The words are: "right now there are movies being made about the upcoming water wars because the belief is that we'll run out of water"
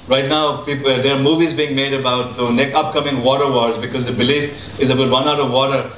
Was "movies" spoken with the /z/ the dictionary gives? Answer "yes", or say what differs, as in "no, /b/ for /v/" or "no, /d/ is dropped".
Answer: yes